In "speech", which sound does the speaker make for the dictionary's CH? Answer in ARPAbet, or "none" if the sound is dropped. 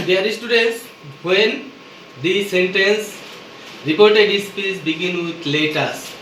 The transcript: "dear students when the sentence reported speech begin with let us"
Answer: S